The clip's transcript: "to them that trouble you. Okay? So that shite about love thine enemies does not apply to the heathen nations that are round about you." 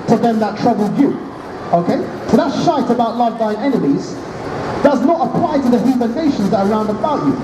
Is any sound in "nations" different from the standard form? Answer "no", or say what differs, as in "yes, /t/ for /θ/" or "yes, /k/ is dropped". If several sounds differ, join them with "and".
no